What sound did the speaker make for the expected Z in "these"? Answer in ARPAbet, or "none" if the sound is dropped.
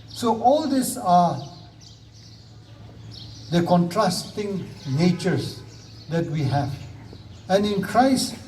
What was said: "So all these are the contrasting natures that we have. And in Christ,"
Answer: S